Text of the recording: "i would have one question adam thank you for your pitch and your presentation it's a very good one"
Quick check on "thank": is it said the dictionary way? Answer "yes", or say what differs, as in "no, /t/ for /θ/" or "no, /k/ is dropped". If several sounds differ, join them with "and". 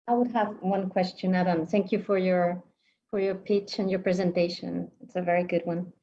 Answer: yes